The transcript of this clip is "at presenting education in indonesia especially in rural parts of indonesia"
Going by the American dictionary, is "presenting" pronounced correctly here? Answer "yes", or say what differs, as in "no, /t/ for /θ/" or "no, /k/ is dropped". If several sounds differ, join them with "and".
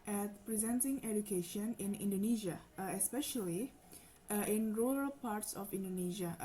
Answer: yes